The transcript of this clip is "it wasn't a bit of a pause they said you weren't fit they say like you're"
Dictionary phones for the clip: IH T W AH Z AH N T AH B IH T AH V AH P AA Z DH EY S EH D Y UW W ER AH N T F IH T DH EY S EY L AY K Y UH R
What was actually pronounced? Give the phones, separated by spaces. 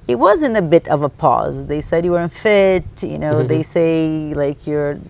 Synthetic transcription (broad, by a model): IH T W AH Z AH N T AH B IH T AH V AH P AA Z DH EY S EH D Y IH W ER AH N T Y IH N DH EY S EY L AY K Y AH R